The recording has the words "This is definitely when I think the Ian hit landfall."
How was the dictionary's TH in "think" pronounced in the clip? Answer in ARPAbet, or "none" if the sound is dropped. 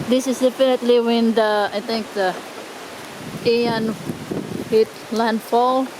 T